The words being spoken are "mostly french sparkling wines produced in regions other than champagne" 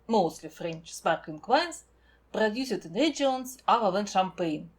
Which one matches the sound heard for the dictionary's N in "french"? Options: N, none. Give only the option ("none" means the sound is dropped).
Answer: N